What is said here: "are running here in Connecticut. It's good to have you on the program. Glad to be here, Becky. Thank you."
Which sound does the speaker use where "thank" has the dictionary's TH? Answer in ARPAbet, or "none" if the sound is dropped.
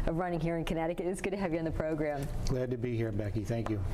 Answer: TH